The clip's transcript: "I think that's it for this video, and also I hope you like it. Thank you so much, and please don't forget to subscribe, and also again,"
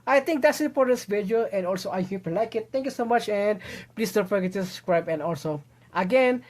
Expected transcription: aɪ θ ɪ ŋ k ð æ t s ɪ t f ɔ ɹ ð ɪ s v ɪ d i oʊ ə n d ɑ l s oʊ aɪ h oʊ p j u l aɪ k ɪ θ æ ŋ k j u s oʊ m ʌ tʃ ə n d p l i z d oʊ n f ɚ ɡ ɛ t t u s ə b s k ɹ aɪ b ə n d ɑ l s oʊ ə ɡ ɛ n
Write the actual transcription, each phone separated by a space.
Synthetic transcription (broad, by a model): aɪ t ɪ ŋ k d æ t s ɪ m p ɔ ɹ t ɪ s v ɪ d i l ə n d ɑ l s oʊ aɪ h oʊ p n l aɪ k ɪ t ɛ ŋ k j u s oʊ m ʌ tʃ ə n d p l i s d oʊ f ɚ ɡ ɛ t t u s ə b s k ɹ aɪ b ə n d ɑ l s oʊ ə ɡ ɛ n